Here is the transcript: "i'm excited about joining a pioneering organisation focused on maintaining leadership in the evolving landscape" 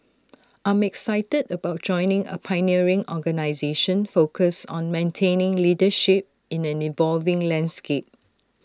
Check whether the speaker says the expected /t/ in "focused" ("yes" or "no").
no